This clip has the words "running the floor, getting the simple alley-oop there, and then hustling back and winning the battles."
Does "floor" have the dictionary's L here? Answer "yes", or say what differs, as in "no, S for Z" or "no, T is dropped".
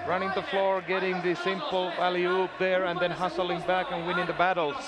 yes